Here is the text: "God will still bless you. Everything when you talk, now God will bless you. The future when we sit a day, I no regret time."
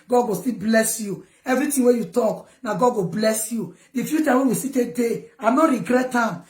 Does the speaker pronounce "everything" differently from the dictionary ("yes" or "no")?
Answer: yes